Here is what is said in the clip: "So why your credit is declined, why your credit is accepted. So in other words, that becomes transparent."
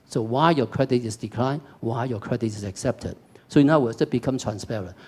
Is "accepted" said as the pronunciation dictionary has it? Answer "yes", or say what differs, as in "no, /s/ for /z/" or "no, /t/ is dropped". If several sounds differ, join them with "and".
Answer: yes